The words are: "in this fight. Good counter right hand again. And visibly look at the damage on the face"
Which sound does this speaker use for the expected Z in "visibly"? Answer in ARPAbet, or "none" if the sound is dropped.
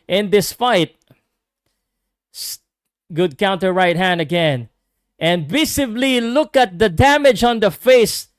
S